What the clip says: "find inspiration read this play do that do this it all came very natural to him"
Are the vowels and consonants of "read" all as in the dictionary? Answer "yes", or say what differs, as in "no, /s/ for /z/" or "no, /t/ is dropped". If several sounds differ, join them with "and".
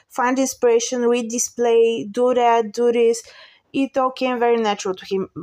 no, /w/ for /ɹ/